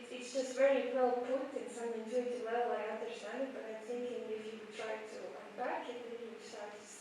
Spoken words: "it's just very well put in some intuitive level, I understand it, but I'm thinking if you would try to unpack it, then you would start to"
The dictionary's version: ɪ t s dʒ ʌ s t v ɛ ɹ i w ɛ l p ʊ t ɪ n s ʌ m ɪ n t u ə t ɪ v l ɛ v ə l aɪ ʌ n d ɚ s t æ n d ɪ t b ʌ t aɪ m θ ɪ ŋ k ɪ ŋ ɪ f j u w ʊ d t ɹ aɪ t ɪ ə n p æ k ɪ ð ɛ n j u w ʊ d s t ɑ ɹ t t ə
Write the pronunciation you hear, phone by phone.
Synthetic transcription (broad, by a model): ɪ t s dʒ ʌ s t v ɛ ɹ i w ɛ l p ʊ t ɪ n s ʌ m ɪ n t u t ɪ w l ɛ ə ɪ ʌ n d ɚ s t æ n d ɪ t b ʌ t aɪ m θ ɪ ŋ k ɪ ŋ ɪ f j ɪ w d t ɹ aɪ t ɪ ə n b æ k ɪ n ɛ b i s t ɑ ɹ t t